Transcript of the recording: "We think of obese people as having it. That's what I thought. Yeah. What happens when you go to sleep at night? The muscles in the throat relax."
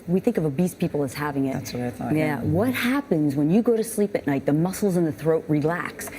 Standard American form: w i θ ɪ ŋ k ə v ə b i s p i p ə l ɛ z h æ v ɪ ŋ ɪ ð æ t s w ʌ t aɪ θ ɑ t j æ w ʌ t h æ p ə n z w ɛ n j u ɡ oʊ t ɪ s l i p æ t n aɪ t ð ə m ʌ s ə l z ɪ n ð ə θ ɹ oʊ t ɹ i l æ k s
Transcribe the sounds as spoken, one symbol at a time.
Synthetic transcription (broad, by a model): w i θ ɪ ŋ k ə v ə b i s p i p l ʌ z h æ v ɪ ŋ ɪ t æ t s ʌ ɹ aɪ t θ j æ w ʌ t h æ p ə n z w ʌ n j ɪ ɡ oʊ t ɪ s l i p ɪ t n aɪ t ð ə m ʌ s l z ɪ n ð ə θ ɹ oʊ t ɹ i l æ k s